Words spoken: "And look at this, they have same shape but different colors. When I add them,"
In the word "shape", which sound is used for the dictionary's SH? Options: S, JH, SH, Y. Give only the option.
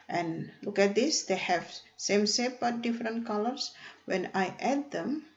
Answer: S